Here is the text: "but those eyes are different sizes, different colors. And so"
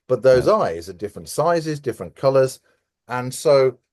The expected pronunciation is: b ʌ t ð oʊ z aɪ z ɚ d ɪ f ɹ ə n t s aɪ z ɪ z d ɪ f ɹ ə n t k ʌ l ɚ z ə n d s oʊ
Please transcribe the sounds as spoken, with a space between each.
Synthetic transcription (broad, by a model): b ʌ t ð oʊ z aɪ z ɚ d ɪ f ɹ ə n t s aɪ z ɪ z d ɪ f ɹ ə n k ʌ l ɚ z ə n s oʊ